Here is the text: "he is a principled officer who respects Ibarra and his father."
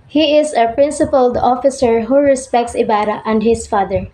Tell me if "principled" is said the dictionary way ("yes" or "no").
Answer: yes